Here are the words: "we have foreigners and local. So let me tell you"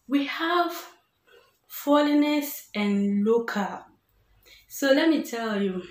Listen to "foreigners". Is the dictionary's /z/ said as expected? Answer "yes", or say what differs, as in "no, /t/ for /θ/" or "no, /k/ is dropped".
no, /s/ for /z/